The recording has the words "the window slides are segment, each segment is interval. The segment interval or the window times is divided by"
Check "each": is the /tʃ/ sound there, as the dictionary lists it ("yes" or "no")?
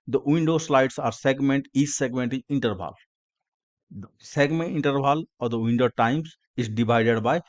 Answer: no